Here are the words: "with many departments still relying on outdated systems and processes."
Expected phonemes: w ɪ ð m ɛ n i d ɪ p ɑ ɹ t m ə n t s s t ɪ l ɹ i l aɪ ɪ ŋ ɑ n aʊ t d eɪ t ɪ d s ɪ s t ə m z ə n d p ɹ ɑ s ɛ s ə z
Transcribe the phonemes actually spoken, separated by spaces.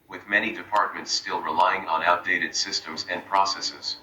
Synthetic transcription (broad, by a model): w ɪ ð m ɛ n i d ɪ p ɑ ɹ t m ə n t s s t ɪ l ɹ i l aɪ ɪ ŋ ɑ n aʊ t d eɪ t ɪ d s ɪ s t ə m z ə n p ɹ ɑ s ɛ s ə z